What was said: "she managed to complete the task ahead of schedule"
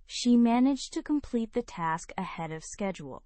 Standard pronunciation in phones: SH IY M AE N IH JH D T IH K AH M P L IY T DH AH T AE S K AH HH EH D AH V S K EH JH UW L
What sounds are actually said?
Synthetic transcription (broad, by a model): SH IY M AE N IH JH T IH K AH M P L IY T DH AH T AE S K AH HH EH D AH V S K EH JH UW L